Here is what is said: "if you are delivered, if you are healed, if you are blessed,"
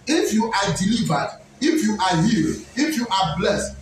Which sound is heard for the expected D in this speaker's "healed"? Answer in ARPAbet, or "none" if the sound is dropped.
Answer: none